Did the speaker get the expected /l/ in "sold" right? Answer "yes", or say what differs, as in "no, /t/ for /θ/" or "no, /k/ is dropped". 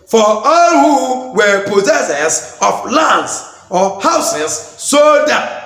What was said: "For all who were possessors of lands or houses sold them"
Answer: no, /l/ is dropped